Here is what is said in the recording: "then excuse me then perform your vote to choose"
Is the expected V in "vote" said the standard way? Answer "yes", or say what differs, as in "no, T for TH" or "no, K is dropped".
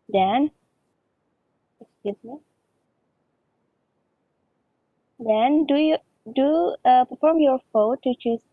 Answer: no, F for V